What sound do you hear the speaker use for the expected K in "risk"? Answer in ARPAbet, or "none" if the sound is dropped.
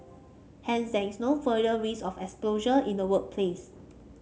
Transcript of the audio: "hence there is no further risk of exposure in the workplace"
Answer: none